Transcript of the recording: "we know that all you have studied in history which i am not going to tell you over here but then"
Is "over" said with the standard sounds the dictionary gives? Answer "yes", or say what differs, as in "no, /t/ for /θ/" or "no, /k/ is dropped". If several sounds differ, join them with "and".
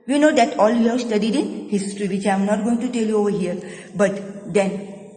yes